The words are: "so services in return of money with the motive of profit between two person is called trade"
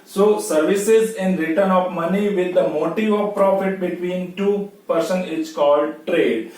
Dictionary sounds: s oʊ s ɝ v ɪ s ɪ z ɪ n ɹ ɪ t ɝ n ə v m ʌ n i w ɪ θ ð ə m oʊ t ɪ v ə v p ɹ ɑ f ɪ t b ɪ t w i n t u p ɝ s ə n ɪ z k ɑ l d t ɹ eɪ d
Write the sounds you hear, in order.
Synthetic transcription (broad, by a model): s oʊ s ɝ v ɪ s ɪ z ɪ n ɹ ɪ t ɝ n ə v m ʌ n i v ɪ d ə m oʊ t ɪ v ə v p ɹ ɑ f ɪ t b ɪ t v i n t u p ɝ s ə n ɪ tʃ k ɑ l d t ɹ eɪ d